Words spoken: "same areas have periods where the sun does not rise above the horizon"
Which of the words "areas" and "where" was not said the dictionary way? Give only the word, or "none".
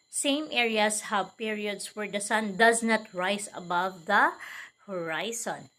areas